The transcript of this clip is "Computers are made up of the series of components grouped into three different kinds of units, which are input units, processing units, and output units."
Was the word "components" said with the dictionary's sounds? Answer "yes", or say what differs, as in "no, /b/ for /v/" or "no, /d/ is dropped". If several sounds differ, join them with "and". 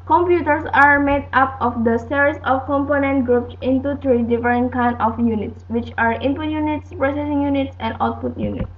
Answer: no, /s/ is dropped